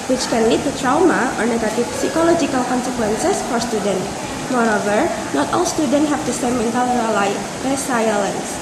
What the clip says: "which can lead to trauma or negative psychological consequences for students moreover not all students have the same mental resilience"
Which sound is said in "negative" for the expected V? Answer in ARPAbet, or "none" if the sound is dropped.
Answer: P